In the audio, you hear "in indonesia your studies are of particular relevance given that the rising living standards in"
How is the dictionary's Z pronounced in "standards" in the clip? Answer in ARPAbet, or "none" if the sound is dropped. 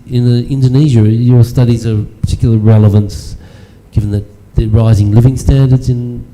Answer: Z